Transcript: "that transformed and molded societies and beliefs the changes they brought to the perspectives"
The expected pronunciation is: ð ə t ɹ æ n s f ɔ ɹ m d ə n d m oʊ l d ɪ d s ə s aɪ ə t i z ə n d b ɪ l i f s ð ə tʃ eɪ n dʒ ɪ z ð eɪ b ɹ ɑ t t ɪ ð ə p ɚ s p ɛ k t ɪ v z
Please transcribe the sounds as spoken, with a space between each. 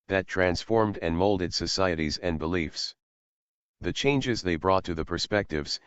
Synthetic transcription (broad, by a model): ð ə t ɹ æ n s f ɔ ɹ m d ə n m oʊ l d ɪ d s ə s aɪ ə t i z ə n b ɪ l i f s ð ə tʃ eɪ n dʒ ɪ z ð eɪ b ɹ ɑ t t ɪ ð ə p ɚ s p ɛ k t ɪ v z